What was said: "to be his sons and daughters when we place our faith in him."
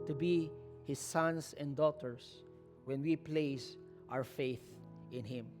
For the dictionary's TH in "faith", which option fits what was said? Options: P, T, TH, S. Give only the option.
TH